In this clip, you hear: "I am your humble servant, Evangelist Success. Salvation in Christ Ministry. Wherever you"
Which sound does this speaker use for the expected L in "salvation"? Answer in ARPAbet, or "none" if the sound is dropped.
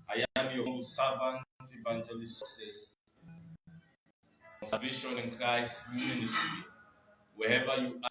none